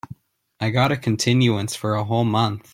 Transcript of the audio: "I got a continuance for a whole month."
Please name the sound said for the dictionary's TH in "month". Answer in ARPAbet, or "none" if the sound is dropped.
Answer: TH